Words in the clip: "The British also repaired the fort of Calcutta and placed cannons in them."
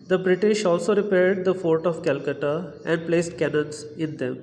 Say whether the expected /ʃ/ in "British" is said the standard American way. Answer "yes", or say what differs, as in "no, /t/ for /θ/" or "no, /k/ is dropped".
yes